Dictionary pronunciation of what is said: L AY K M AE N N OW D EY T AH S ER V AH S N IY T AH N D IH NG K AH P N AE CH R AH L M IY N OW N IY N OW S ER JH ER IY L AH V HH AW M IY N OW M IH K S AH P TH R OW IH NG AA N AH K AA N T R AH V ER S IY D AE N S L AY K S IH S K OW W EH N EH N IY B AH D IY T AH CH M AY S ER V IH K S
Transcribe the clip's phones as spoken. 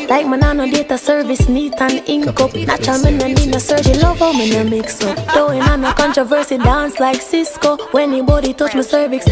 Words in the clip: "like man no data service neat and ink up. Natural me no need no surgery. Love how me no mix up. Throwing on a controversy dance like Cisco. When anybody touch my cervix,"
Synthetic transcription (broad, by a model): L AY K M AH N N OW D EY T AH S ER V AH S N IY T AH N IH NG K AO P N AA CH AH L M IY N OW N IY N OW S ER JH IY L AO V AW M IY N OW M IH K S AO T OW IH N AA N AH K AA N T R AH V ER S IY D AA N S L AY K S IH S K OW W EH EH N IY B AH D IY T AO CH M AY S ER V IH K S